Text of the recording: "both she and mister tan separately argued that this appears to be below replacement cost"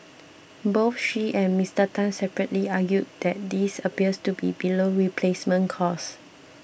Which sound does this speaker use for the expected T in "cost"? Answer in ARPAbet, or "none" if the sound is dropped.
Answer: none